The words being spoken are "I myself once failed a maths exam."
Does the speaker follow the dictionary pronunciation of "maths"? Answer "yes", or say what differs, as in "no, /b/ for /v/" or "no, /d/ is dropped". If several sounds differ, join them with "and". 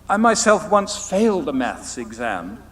yes